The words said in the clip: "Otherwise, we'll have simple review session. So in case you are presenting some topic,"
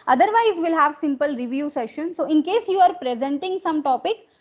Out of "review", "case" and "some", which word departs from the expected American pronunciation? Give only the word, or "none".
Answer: none